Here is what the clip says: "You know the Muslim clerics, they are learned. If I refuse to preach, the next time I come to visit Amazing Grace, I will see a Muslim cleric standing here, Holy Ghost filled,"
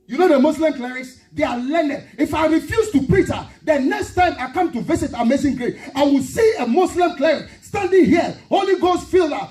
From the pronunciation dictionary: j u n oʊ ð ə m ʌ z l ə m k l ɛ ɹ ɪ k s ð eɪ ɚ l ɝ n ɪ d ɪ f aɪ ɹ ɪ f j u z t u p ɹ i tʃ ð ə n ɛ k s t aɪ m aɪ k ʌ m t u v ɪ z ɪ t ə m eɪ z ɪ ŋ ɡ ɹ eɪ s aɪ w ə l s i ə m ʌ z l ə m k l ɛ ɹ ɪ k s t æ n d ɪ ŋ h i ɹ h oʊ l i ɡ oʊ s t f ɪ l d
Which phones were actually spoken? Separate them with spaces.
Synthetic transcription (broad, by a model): j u n oʊ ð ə m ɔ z l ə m k l ɛ ɹ ɪ k s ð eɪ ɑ l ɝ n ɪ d ɪ f aɪ ɹ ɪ f j u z t u p ɹ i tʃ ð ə n ɛ k s t aɪ m aɪ k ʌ m t u v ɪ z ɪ t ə m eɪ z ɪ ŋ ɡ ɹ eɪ aɪ w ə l s i ə m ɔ s l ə m k l ɛ ɹ ɪ k s t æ n d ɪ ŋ h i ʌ h oʊ l i ɡ oʊ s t f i l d